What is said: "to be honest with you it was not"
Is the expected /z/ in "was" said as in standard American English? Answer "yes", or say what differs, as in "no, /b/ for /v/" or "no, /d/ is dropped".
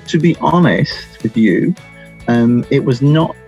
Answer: yes